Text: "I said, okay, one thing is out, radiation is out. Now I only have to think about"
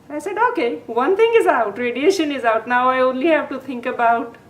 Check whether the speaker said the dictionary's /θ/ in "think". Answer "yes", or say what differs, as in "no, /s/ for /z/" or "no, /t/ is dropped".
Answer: no, /t/ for /θ/